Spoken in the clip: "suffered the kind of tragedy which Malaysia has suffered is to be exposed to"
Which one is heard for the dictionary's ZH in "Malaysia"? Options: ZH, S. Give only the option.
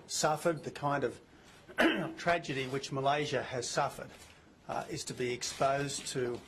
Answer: ZH